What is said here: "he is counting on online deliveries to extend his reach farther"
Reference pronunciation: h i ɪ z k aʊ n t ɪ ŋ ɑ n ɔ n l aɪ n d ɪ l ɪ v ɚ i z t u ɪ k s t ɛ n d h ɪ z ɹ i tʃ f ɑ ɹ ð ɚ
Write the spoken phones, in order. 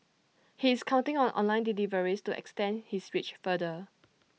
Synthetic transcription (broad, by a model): h i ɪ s k aʊ n t ɪ ŋ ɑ n ɔ n l aɪ n d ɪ l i v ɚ i s t u ɪ k s t ɛ n d h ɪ s ɹ i tʃ f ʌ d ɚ